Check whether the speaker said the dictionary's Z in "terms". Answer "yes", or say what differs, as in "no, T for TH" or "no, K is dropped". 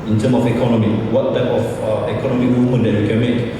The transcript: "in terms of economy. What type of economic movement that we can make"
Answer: no, Z is dropped